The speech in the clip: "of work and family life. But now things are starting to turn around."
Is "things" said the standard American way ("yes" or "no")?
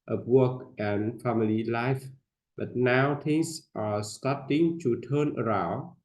no